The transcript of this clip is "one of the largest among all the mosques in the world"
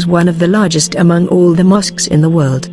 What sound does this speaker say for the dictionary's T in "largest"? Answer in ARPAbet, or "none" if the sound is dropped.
T